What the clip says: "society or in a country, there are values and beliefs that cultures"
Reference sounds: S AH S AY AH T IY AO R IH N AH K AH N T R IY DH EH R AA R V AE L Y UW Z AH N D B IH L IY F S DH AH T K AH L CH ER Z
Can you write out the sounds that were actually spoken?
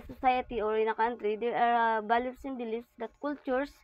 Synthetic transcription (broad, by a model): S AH S AY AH T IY AO R IH N AH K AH N T R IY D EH R AA R B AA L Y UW S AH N B IH L IY F S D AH T K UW L CH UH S